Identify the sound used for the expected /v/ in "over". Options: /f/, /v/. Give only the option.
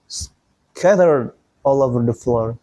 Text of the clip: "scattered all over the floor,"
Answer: /v/